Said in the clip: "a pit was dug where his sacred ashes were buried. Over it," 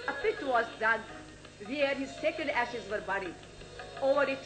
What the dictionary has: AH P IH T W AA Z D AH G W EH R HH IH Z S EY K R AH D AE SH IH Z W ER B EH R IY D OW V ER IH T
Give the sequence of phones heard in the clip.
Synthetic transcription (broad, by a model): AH P IH T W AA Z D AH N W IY R HH IH Z S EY K AH D AE SH IH Z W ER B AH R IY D OW V ER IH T